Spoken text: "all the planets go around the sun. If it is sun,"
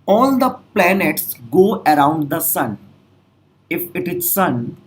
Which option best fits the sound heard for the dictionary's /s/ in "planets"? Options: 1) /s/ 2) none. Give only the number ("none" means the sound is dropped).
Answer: 1